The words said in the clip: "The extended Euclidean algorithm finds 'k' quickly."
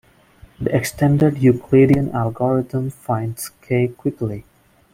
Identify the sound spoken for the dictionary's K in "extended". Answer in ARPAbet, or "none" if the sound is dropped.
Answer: K